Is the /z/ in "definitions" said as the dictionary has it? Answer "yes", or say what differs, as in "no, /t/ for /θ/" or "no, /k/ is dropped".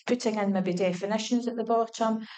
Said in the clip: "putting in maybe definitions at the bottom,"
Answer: yes